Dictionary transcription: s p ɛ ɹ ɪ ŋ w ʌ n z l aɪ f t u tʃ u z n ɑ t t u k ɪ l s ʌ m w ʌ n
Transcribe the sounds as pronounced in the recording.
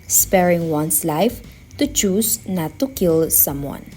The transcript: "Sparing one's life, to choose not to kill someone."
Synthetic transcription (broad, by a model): s p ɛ ɹ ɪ ŋ w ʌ n s l aɪ f t u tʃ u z n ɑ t t u k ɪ l s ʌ m w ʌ n